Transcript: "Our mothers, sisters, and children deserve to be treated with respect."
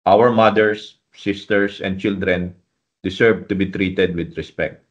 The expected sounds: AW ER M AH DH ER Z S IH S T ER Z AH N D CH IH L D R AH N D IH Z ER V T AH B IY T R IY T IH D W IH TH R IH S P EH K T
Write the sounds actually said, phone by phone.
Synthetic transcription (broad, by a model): AW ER M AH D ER S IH S T ER S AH N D CH IH L D R AH N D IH S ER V T AH B IY T R IY T IH D W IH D R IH S P EH K T